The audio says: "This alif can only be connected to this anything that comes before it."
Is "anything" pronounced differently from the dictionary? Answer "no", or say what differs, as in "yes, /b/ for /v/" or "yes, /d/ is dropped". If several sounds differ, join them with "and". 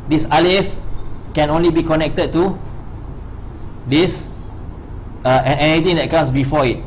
yes, /t/ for /θ/